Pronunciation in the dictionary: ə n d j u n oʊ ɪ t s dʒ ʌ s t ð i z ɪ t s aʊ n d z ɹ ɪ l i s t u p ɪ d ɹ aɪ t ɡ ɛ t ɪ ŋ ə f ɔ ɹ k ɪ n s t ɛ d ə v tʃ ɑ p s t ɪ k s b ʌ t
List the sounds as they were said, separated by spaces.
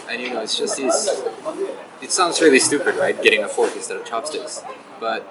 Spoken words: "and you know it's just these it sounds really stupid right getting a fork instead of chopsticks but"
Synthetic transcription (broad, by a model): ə n j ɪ n oʊ ɪ t s dʒ ʌ s t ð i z ɪ t s aʊ n d z ɹ ɪ l i s t u p ɪ d ɹ aɪ t ɡ ɛ t ɪ ŋ ə f ɔ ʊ k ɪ s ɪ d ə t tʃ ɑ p s t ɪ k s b ʌ t